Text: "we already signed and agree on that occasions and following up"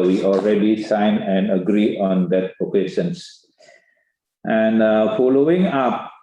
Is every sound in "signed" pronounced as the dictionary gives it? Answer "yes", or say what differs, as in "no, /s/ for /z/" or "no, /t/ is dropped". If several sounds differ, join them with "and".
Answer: no, /d/ is dropped